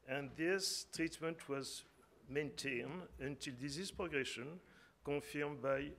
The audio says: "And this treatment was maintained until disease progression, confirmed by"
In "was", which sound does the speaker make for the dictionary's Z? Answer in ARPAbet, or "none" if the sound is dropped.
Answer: Z